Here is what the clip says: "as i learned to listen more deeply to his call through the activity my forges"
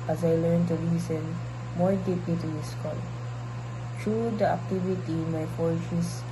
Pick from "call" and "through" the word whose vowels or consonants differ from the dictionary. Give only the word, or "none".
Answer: through